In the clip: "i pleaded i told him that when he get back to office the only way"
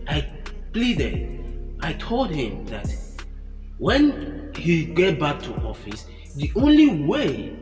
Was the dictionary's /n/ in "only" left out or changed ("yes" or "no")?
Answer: no